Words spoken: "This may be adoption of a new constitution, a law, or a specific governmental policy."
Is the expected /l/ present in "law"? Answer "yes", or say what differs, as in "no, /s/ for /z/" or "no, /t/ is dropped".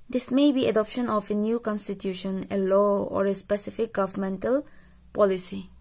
yes